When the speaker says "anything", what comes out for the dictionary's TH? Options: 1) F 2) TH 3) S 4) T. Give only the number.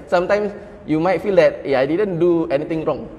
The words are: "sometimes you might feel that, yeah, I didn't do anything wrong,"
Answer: 4